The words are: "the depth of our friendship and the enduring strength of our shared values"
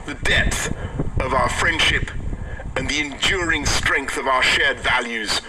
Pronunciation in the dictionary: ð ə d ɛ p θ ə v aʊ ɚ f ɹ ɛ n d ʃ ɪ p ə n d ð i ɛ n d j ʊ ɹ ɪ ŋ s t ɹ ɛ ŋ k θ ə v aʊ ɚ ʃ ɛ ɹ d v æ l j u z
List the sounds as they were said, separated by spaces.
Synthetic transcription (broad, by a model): ð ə d ɛ p θ ə v aʊ ɚ f ɹ ɛ n d ʃ ɪ p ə n ð i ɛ n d j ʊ ɹ ɪ ŋ s t ɹ ɛ ŋ k θ ə v aʊ ɚ ʃ ɛ ɹ d v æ l j u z